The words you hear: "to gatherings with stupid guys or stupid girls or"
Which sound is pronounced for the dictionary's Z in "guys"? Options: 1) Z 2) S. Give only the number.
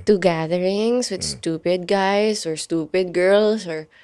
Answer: 2